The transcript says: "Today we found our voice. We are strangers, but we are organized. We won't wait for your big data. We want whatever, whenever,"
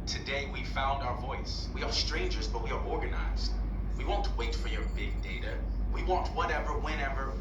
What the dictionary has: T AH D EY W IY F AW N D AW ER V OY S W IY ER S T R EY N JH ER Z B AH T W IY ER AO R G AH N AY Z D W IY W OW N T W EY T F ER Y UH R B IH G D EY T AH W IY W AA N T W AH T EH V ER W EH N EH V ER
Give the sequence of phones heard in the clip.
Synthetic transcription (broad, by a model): T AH D EY W IY F AW N D AW ER V OY S W IY ER S T R EY N JH ER Z B AH T W IY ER AO R G AH N AY Z D W IY W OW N T W EY T F ER Y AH R B IH G D EY T AH W IY W AA N T W AH T EH V ER W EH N EH V ER